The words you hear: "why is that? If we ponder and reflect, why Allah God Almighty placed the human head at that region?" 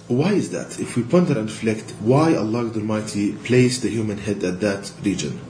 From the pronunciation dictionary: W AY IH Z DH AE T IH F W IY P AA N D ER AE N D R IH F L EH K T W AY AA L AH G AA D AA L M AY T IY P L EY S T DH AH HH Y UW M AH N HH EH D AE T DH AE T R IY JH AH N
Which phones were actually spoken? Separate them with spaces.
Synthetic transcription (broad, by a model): W AY IH Z DH AE T IH F W IY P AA N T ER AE N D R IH F L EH K T W AY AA L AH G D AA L M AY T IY P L EY S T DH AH HH Y UW M AH N HH EH D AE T DH AE T R IY JH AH N